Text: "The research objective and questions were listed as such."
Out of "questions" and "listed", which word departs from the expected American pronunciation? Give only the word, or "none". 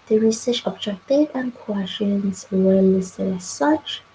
questions